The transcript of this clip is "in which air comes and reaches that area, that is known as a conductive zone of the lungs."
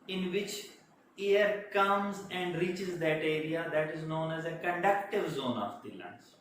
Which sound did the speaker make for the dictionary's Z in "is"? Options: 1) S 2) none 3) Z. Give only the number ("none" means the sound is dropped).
3